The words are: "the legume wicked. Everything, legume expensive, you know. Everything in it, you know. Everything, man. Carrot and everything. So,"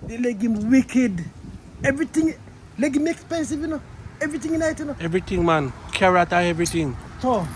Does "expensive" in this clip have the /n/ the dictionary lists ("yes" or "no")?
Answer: yes